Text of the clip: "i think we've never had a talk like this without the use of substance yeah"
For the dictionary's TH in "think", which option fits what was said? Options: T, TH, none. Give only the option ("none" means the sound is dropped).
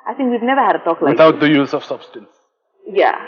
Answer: TH